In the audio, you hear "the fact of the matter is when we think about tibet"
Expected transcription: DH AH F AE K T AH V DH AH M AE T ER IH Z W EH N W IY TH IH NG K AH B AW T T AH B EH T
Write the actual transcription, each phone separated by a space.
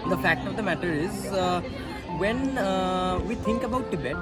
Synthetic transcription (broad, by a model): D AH F AE K T AH V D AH M AE T ER IH Z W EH N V IY T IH NG K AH B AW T T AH B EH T